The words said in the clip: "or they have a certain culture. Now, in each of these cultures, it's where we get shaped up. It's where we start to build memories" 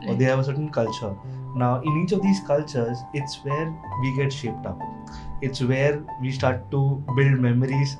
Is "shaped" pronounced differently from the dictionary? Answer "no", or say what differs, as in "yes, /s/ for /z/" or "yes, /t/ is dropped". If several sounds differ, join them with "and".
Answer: no